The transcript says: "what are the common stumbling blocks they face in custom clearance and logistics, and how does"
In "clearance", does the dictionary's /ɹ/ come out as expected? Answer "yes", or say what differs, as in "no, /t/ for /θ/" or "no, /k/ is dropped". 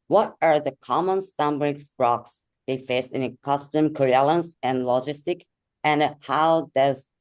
no, /l/ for /ɹ/